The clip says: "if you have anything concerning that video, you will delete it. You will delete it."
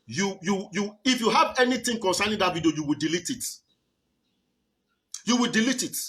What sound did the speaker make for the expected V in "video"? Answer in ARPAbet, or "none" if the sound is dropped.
B